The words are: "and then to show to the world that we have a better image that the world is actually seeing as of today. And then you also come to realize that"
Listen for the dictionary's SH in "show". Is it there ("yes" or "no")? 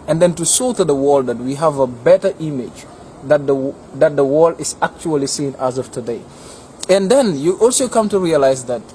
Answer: no